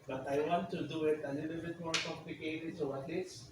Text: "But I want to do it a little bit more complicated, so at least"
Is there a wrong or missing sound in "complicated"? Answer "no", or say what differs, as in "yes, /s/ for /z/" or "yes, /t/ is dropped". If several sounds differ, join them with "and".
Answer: yes, /l/ is dropped